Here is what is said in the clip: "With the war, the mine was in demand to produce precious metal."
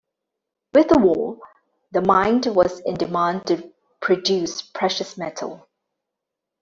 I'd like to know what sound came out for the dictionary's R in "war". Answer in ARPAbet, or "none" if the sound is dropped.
L